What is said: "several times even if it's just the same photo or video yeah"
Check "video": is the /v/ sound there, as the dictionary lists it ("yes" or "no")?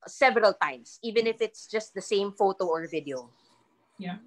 yes